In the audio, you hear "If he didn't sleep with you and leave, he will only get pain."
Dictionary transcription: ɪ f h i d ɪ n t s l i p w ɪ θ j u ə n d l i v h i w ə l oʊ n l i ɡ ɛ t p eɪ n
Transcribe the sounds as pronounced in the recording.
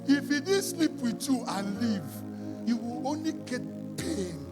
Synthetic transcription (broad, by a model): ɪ f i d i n s l i p w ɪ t j u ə n l i v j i w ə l oʊ n l i ɡ ɛ t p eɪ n